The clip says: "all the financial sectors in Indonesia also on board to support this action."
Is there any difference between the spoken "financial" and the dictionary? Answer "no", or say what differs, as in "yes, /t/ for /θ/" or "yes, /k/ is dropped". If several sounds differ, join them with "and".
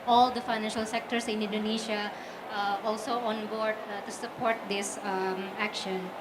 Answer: no